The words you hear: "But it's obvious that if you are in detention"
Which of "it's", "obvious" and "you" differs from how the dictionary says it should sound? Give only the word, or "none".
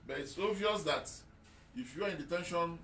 obvious